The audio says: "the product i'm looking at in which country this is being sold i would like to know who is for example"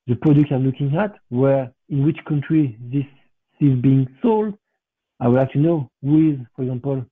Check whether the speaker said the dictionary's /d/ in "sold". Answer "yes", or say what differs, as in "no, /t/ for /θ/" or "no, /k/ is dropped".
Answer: yes